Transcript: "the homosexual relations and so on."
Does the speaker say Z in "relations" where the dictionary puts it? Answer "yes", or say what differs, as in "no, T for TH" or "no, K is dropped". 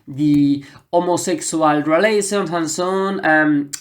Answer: no, Z is dropped